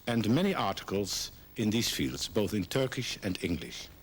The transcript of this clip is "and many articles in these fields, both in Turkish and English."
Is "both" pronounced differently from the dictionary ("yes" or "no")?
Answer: no